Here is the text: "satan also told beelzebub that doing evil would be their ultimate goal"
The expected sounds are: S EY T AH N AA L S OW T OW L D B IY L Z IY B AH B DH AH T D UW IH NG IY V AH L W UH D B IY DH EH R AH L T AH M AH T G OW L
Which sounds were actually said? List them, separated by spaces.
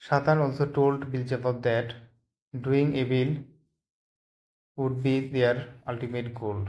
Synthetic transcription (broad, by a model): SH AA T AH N AA L S OW T OW L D B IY L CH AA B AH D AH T D UW IH NG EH B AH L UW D B IY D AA R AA L T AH M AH T G OW L